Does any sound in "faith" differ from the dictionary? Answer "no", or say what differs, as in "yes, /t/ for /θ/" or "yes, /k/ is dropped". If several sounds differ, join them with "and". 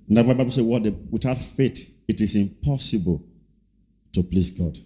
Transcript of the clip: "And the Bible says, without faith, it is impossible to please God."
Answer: yes, /t/ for /θ/